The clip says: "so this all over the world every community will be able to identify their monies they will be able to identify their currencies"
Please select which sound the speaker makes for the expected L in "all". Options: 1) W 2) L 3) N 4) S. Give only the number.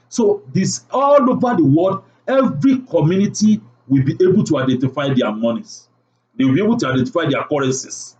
2